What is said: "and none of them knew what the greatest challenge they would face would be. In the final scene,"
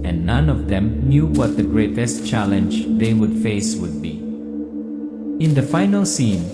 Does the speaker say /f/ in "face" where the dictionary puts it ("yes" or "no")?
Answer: yes